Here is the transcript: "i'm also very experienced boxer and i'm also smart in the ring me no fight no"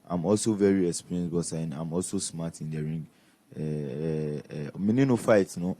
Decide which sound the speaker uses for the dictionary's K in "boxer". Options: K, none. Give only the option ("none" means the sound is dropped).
none